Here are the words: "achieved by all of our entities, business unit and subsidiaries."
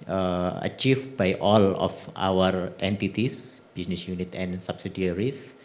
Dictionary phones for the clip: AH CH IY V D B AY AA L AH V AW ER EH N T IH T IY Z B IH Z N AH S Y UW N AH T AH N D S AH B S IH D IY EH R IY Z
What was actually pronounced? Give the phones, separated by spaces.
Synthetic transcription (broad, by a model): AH CH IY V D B AY AA L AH F AW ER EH N T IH T IY S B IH S N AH S Y UW N AH T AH N S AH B S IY D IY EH R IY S